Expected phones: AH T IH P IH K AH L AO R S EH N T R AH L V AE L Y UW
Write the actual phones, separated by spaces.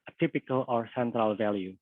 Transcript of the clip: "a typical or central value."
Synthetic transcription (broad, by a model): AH T IH P IH K AH L AO R S EH N T R AH L V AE L Y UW